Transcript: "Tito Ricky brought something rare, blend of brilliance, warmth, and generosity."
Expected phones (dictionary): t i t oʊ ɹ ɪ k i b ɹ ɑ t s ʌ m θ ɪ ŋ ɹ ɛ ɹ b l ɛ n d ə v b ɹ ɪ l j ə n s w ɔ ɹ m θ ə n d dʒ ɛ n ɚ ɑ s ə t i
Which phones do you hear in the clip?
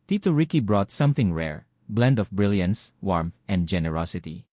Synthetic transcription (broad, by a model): t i t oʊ ɹ ɪ k i b ɹ ɑ t s ʌ m θ ɪ ŋ ɹ ɛ ɹ b l ɛ n d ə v b ɹ ɪ l j ə n s w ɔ ɹ m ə n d dʒ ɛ n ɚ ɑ s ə t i